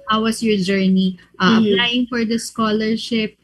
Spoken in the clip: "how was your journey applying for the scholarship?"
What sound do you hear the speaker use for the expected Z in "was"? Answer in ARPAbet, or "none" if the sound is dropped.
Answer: S